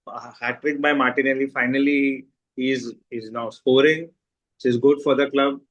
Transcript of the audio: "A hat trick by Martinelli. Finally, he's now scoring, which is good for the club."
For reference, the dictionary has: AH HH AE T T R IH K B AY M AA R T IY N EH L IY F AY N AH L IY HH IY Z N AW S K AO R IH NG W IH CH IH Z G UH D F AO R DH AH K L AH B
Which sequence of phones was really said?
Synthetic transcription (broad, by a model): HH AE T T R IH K B AY M AA R T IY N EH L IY F AY N AH L IY HH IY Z N AW S K AO R IH NG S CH IH Z G UH D F AO R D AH K L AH B